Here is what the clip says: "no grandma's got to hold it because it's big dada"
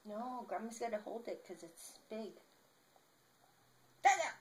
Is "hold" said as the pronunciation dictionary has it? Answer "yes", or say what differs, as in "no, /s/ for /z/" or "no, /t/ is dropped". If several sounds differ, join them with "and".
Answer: yes